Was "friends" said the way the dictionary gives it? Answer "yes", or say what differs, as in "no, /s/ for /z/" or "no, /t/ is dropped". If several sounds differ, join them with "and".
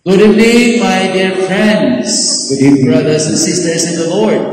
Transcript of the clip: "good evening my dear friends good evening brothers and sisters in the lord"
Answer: yes